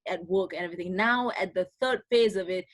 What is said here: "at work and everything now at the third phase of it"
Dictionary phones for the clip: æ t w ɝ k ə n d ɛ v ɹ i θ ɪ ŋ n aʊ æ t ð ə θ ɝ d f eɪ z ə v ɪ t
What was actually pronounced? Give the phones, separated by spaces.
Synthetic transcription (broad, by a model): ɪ t w ɝ k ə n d ɛ v ɹ i θ ɪ ŋ n aʊ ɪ t ð ə θ ɝ d f eɪ z ə v ɪ t